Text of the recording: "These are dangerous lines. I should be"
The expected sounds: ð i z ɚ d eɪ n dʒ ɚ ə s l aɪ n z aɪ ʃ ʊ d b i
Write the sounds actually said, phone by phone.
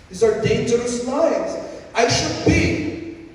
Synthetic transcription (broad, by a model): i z ɚ d eɪ n dʒ ɚ ə s n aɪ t aɪ ʃ ʊ d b i